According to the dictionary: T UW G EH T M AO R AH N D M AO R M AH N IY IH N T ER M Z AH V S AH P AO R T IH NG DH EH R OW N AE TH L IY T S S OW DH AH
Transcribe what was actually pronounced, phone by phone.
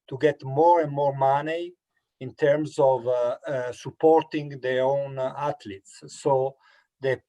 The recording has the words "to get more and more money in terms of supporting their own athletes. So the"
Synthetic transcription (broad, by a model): T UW G EH T M AO R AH N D M AO R M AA N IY IH N T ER M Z AH V S AH P AO R T IH NG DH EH R OW N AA T L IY T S S OW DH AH